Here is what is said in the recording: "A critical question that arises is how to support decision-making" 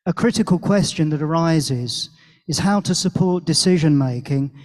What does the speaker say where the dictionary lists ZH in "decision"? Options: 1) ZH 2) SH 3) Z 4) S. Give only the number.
1